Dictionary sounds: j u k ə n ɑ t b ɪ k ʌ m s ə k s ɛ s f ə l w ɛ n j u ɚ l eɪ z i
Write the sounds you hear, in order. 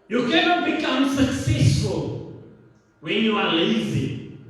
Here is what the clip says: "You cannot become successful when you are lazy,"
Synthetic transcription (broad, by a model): j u k ə n ɑ t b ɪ k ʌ m s ə k s ɛ s f ə l w ɛ n j u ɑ l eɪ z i